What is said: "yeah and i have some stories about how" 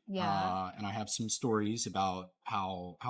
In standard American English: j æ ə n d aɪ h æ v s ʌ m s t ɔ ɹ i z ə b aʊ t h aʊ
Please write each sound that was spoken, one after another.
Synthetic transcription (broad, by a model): j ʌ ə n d aɪ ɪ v s ʌ m s t ɔ ɹ i z ə b aʊ t h aʊ